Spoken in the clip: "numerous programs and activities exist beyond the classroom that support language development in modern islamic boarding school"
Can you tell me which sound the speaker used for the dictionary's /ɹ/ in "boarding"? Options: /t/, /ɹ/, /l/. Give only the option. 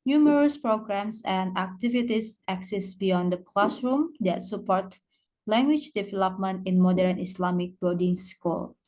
/l/